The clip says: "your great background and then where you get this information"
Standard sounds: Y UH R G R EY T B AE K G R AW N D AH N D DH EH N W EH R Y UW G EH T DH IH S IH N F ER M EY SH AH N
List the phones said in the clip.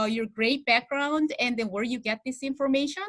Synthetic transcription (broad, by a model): Y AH R G R EY T B AE K G R AW N D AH N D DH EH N W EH R Y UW G EH T DH IH S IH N F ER M EY SH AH N